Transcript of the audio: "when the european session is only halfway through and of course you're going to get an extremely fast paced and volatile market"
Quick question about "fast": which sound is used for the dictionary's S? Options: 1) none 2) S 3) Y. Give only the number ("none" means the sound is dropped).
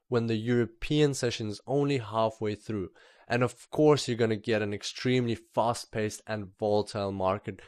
2